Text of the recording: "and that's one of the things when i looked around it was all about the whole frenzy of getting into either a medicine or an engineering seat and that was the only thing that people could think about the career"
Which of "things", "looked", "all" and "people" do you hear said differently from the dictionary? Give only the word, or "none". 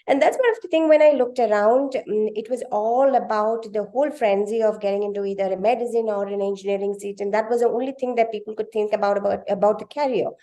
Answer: things